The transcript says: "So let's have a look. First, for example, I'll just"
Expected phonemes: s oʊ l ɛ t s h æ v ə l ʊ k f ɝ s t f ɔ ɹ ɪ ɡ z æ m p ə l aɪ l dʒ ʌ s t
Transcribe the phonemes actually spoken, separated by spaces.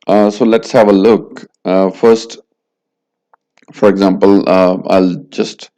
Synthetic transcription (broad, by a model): s oʊ l ɛ t s h æ v ə l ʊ k f ɝ s t f ɔ ɹ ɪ ɡ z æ m p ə l aɪ l dʒ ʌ s t